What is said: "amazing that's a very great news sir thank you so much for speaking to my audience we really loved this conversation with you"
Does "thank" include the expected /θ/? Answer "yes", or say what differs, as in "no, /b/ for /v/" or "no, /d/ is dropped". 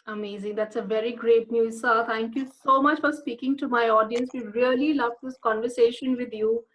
no, /t/ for /θ/